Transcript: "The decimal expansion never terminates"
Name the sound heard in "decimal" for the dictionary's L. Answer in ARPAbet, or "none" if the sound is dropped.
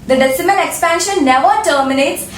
N